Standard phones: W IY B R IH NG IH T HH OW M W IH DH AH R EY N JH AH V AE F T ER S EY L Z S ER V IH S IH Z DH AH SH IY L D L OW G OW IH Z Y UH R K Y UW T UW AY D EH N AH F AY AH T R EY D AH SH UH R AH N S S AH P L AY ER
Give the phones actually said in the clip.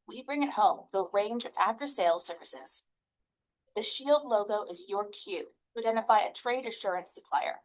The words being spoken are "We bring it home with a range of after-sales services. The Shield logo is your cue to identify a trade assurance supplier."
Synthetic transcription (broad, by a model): W IY B R IH NG IH T HH OW M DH AH R EY N JH AH V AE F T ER S EY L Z S ER V IH S IH Z DH AH SH IY L D L OW G OW IH Z Y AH R K Y UW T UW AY D EH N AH F AY AH T R EY D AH SH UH R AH N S S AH P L AY ER